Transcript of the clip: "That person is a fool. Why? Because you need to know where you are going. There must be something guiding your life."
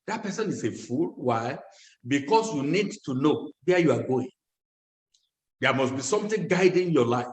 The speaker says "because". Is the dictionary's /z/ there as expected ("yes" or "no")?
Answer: no